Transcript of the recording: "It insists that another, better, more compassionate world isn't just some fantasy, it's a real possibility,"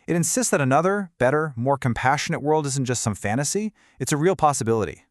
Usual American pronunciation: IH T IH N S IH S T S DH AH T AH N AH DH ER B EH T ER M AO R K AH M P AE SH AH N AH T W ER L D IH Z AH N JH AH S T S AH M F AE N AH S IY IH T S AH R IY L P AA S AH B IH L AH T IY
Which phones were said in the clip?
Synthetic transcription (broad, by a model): IH T IH N S IH S T S DH AH T AH N AH DH ER B EH T ER M AO R K AH M P AE SH AH N AH T W ER L D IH Z N JH AH S T S AH M F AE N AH S IY IH T S AH R IY L P AA S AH B IH L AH T IY